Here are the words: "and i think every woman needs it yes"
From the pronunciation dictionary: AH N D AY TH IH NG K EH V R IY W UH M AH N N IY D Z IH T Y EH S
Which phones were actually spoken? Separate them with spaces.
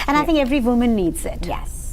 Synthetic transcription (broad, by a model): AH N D AY TH IH NG K EH V R IY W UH M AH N N IY D Z IH T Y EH S